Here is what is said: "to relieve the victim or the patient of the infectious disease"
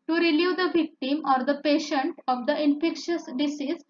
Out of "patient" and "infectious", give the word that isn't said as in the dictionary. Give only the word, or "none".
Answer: none